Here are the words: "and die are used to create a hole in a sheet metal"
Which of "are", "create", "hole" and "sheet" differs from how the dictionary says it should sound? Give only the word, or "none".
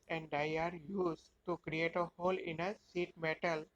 sheet